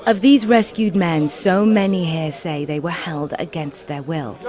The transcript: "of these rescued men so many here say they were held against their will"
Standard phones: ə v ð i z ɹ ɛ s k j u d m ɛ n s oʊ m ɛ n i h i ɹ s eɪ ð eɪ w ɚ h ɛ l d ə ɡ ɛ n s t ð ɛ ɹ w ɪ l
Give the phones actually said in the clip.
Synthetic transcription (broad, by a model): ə v ð i z ɹ ɛ s k j u d m ɛ n s oʊ m ɛ n i h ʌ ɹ s eɪ ð eɪ w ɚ h ɛ l d ə ɡ ɛ n s t ð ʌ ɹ w ɪ l